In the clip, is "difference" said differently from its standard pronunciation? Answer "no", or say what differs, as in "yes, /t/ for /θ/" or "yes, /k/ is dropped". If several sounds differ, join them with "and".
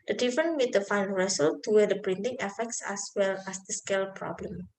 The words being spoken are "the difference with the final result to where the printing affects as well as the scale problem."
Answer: yes, /s/ is dropped